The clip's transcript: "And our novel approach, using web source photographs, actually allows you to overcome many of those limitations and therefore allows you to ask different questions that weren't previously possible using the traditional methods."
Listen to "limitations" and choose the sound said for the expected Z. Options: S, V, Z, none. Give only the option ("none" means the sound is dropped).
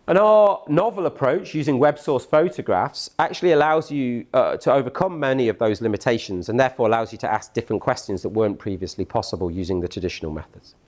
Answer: Z